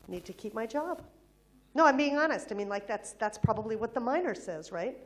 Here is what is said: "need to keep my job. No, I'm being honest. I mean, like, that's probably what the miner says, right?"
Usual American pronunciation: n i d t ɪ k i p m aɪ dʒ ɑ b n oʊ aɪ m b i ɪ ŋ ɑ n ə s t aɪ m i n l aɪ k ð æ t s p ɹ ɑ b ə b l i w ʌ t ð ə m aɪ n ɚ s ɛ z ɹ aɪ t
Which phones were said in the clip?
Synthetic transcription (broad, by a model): n i d t ɪ k i p m aɪ dʒ ɑ b n oʊ aɪ m b i ɪ ŋ ɑ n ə s t aɪ m i n l aɪ k ð æ t s p ɹ ɑ b ə b l i w ʌ t ð ə m aɪ n ɚ s ɛ z ɹ aɪ t